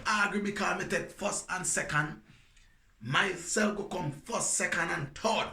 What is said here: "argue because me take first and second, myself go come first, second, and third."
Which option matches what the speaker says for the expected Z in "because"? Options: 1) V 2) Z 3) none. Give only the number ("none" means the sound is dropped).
3